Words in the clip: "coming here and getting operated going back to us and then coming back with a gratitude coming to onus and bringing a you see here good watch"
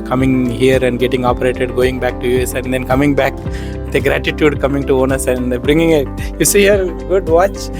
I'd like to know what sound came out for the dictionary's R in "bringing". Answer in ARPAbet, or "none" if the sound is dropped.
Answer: R